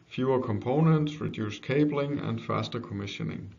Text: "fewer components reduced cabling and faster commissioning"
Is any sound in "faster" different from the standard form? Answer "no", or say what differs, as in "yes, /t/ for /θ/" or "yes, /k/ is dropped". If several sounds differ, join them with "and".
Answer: no